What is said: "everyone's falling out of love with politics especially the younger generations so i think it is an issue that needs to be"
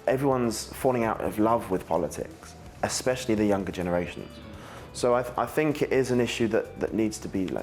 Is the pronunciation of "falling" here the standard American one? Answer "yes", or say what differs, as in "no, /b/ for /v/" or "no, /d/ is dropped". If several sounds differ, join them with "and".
yes